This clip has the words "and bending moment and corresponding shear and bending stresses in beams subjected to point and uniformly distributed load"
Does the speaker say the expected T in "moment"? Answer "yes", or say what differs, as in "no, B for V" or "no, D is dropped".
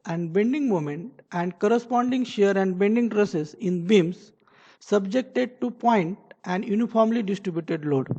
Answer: yes